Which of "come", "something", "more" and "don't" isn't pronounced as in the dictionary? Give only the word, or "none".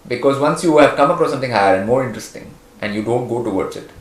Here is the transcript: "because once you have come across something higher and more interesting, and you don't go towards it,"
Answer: something